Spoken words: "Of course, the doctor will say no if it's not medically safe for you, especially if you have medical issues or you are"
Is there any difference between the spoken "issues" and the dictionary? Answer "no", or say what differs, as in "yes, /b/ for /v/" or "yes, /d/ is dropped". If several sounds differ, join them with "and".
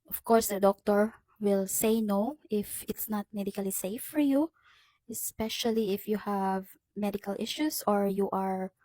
yes, /s/ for /z/